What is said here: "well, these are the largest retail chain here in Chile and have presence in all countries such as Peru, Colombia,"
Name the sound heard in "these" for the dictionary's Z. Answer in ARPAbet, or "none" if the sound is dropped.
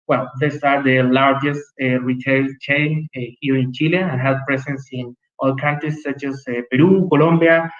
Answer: S